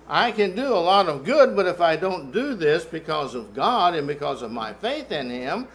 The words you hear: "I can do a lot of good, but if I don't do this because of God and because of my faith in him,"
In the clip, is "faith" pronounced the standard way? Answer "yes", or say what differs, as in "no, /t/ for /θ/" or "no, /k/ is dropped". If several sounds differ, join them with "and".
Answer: yes